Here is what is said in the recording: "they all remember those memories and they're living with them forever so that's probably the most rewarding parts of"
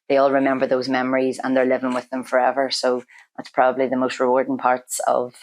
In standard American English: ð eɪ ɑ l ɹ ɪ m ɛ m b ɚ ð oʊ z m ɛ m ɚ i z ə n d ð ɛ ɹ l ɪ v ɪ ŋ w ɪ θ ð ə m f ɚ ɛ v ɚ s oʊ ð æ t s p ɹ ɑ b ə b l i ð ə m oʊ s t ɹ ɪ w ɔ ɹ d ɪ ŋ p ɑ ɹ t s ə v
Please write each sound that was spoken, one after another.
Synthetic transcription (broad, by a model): ð eɪ ɑ l ɹ ɪ m ɛ m b ɚ ð oʊ z m ɛ m ɚ i z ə n ð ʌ ɹ l ɪ v ɪ ŋ w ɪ ð ə m f ɚ ɛ v ɚ s oʊ ð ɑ t s p ɹ ɑ b ə b l i ð ə m oʊ s t ɹ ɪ w ɔ ɹ d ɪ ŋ p ɑ ɹ t s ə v